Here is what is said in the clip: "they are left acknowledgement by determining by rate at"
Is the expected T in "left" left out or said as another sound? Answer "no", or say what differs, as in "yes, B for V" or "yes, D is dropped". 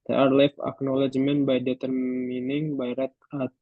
yes, T is dropped